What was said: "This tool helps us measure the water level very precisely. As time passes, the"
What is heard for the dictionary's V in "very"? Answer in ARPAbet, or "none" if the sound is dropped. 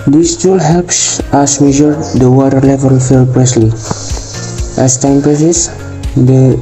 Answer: F